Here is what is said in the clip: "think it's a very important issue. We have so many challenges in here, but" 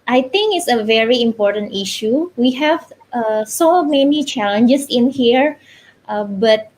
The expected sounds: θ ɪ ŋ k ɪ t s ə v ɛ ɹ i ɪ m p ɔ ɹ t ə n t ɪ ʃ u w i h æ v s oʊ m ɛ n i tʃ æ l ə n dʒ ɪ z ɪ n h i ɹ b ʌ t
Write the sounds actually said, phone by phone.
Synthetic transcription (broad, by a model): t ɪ ŋ k ɪ t s ə v ɛ ɹ i ɪ m p ɔ ɹ t ə n t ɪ ʃ u w i h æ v s oʊ m ɛ n i tʃ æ l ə n dʒ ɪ s ɪ n h i ɹ b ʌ t